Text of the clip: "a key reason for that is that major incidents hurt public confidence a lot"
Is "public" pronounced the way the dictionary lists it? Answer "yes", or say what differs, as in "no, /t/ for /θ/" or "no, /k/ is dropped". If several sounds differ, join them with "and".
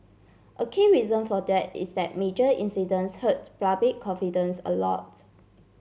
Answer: no, /l/ is dropped